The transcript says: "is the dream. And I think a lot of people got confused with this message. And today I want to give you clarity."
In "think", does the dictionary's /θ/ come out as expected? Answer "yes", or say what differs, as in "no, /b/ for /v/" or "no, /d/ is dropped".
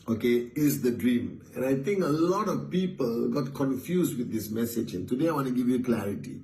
no, /t/ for /θ/